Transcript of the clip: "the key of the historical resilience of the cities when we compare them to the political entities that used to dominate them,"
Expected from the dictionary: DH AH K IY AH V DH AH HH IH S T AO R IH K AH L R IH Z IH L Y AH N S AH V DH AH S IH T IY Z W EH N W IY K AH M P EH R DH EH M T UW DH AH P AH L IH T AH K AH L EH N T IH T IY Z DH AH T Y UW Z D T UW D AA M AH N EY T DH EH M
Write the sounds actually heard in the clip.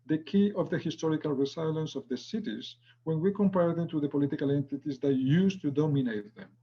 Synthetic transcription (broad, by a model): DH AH K IY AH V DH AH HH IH S T AO R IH K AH L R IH S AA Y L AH N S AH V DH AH S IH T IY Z W EH N W IY K AH M P EH R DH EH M T UW DH AH P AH L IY T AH K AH L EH N T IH T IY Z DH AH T Y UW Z T UW D AA M AH N EY T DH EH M